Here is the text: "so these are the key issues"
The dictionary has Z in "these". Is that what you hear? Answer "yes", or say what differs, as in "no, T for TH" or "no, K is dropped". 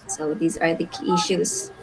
yes